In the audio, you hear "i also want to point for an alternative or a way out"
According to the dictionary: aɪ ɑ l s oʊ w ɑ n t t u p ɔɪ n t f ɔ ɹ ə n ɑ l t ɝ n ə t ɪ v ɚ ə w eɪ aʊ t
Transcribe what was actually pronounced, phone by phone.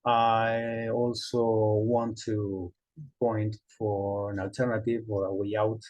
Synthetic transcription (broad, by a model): aɪ ɑ l s oʊ w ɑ n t t u p ɔɪ n t f ɔ ɹ ə n ɑ l t ɝ n ə t ɪ v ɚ ə w eɪ aʊ t